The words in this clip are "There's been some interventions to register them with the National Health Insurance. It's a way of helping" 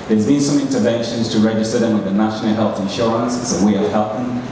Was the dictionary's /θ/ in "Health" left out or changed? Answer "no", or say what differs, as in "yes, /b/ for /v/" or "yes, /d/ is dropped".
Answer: no